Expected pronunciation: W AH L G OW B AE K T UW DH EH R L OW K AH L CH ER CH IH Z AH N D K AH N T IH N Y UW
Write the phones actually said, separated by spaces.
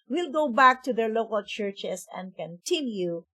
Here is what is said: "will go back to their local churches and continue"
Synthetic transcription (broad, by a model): W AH L G OW B AE K T UW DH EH R L OW K AH L CH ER CH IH S AH N D K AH N T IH N Y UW